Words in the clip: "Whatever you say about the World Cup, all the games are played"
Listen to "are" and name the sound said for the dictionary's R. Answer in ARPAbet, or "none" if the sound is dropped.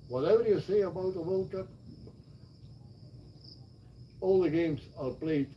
L